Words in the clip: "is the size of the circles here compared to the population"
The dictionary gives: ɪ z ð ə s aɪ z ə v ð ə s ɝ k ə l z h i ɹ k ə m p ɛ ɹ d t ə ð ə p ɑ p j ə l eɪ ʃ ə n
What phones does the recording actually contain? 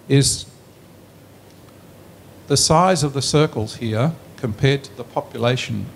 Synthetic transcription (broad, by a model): ɪ z ð ə s aɪ z ə v ð ə s ɝ k ə l z h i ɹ k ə m p ɛ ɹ d t ə ð ə p ɑ p j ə l eɪ ʃ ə n